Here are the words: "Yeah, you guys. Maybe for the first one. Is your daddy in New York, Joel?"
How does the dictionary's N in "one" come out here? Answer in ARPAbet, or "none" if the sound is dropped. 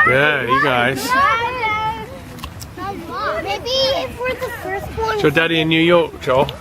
none